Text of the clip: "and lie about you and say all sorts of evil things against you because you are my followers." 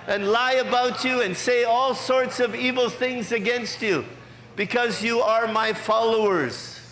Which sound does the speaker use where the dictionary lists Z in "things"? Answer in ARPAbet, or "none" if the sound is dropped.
Z